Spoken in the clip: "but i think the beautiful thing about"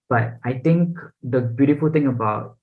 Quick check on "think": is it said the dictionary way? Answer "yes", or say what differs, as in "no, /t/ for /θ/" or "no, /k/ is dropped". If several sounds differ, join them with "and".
no, /t/ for /θ/